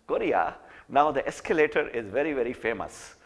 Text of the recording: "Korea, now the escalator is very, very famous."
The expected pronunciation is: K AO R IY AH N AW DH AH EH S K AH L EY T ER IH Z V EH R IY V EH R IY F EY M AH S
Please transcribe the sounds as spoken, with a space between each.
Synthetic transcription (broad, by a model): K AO R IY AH N AW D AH EH S K AH L EY T ER IH Z V EH R IY V EH R IY F EY M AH S